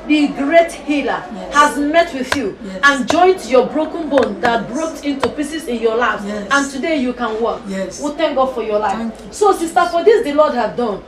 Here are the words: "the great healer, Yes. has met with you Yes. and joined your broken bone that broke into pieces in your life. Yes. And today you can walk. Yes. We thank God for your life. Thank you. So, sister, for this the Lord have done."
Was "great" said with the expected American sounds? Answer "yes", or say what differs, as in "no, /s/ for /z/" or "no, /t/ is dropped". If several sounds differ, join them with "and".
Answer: yes